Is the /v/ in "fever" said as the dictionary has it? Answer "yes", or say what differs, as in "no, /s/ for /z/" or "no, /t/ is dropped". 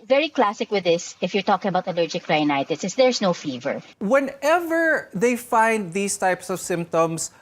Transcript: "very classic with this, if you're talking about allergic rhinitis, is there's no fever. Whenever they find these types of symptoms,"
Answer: yes